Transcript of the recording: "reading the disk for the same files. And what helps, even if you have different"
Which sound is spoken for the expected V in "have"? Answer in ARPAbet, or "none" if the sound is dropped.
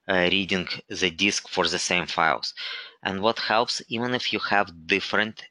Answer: V